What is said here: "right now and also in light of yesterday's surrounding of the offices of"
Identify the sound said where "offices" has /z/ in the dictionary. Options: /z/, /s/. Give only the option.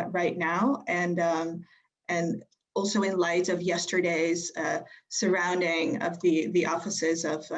/z/